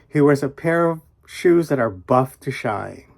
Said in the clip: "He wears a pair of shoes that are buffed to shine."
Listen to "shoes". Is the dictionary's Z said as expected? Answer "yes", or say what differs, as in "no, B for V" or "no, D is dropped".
yes